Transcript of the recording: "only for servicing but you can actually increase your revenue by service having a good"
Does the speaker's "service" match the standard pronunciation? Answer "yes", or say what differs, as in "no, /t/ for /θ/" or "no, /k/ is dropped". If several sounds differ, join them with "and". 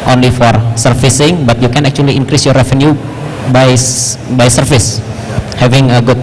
no, /f/ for /v/